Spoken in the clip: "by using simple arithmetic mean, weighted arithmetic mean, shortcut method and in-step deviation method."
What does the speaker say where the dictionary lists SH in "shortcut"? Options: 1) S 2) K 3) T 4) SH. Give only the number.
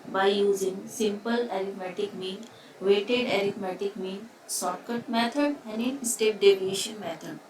1